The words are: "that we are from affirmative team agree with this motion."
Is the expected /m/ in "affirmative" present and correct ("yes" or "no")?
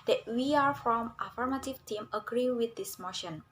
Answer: yes